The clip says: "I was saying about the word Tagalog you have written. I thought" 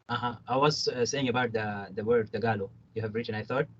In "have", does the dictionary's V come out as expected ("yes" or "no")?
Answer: yes